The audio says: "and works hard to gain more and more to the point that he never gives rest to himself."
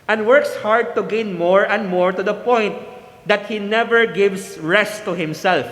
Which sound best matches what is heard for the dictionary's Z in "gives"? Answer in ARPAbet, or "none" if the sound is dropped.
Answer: S